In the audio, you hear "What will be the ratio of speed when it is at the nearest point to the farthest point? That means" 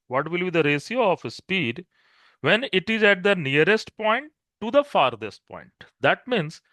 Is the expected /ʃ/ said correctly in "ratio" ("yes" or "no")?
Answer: no